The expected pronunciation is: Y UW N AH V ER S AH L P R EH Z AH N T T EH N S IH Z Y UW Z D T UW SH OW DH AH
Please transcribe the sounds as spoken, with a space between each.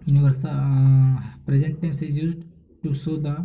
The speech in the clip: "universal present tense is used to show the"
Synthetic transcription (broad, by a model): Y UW N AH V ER S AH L P R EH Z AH N T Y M S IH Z Y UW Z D T UW S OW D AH